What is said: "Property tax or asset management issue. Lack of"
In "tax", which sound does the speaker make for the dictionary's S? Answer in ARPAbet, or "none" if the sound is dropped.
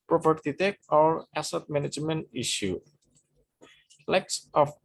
none